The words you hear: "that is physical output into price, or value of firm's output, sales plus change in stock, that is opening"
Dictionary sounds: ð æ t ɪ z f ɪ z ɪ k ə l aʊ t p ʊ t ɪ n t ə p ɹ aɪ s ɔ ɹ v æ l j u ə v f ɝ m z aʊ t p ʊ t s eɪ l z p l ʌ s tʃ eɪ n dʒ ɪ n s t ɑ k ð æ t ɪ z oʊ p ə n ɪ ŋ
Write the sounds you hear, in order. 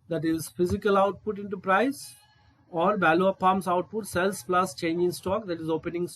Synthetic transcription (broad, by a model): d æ t ɪ z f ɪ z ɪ k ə l aʊ t p ʊ t ɪ n t ə p ɹ aɪ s ɔ ɹ b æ l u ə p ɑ m s aʊ t p ʊ t s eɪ l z p l ʌ s tʃ eɪ n dʒ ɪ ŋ s t ɑ k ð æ t ɪ z oʊ p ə n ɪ ŋ